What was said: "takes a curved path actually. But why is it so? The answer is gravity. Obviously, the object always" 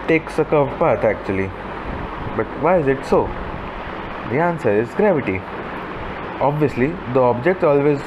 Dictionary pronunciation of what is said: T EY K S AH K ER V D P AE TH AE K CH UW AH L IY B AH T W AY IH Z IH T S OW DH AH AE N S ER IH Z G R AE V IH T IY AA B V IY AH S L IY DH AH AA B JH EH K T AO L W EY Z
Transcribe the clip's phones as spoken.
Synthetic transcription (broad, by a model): T EY K S AH K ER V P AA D AE K CH UW AH L IY B AH T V AY IH Z IH T S OW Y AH N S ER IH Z G R AE V IH T IY AA B V IY AH S L IY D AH AA B JH EH K T AO L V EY Z